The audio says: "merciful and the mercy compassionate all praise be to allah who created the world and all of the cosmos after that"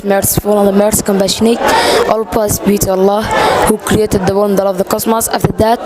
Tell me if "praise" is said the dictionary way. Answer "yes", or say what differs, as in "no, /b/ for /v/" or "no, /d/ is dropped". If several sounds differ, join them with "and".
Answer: no, /l/ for /ɹ/